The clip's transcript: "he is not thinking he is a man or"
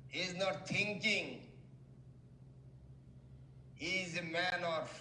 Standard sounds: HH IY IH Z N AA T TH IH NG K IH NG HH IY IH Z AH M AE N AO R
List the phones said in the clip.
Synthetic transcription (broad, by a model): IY IH Z N AA T T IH NG K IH NG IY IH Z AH M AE N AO R